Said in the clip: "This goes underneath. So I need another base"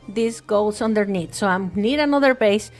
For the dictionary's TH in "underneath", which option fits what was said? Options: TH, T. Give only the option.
T